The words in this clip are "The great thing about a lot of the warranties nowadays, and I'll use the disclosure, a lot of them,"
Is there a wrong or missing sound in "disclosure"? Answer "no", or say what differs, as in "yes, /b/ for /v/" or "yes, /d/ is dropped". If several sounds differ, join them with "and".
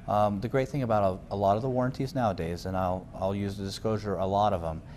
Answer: no